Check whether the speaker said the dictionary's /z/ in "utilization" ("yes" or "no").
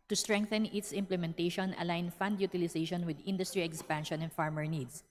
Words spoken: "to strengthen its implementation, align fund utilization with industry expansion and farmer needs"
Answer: no